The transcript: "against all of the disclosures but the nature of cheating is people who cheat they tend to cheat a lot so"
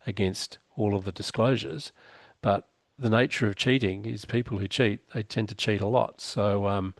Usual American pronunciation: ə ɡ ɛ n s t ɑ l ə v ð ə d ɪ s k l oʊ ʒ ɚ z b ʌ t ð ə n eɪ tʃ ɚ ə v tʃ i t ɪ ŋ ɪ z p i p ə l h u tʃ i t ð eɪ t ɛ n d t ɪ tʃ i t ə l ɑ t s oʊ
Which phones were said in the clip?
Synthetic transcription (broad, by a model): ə ɡ ɛ n s t ɑ l ə v ð ə d ɪ s k l oʊ ʒ ɚ z b ʌ t ð ə n eɪ tʃ ɚ ə v tʃ i t ɪ ŋ ɪ z p i p l h u tʃ i t ð eɪ t ɛ n t ɪ tʃ i t ə l ɑ t s oʊ